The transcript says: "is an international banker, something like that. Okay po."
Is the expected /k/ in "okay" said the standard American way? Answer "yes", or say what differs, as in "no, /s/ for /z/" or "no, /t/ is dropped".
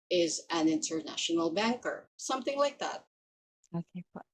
no, /k/ is dropped